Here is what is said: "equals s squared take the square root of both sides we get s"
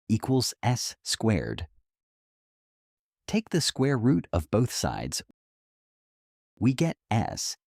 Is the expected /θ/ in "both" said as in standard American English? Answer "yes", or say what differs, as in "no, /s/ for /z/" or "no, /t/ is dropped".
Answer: yes